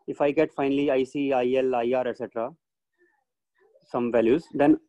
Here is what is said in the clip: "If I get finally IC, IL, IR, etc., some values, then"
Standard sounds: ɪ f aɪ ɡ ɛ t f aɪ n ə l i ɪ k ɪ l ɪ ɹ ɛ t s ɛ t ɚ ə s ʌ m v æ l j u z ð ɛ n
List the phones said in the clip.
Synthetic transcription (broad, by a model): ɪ f aɪ ɡ ɛ t f aɪ n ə l i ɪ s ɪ l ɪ ɹ ɛ t s ɛ t ɚ ə s ʌ m v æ l j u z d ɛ n